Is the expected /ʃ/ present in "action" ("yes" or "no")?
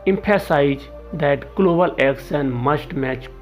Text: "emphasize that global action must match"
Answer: no